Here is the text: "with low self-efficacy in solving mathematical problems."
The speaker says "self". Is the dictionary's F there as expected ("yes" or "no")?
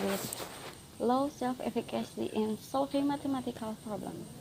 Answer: yes